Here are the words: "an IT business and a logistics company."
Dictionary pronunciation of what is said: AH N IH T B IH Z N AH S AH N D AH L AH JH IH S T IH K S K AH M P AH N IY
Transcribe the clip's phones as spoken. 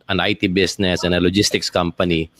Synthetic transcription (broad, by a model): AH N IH T B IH S N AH S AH N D AH L AH JH IH S T IH K S K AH M P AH N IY